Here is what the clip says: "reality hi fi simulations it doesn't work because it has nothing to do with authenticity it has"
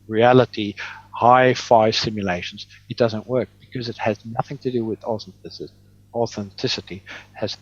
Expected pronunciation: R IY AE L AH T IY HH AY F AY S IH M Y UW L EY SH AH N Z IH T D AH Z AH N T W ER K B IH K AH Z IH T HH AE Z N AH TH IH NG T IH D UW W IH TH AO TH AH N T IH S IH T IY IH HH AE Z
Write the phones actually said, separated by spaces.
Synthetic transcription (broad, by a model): R IY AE L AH T IY HH AY F AY S IH M Y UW L EY SH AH N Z IH T D AH Z AH N T W ER K B IH K AH Z IH T HH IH Z N AH TH IH NG T IH D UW W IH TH AO TH AH N T IH S IH T IY IH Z